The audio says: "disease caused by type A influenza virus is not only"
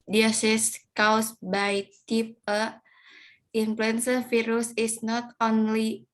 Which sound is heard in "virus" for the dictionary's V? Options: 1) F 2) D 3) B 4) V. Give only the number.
1